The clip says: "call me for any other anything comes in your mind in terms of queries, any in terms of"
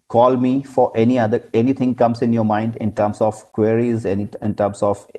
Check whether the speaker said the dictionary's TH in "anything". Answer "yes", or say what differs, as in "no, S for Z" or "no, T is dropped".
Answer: no, T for TH